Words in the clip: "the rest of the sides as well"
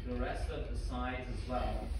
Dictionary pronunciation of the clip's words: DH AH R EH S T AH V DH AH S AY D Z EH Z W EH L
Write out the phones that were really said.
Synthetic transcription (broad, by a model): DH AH R EH S T AH V DH AH S AY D Z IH Z W EH L